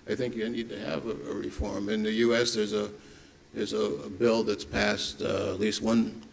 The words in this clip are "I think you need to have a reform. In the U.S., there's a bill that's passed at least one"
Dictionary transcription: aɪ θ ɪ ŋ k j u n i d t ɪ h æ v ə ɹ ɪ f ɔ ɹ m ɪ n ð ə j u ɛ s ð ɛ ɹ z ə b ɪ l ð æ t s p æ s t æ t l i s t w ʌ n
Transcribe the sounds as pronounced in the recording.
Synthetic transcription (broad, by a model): aɪ θ ɪ ŋ k j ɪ n i d t ɪ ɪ v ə ɹ ɪ f ɔ ɹ m ɪ n ð ə j u ɛ s ð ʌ ɹ z ə b ɪ l ð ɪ t s p æ s t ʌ t l i s t w ʌ n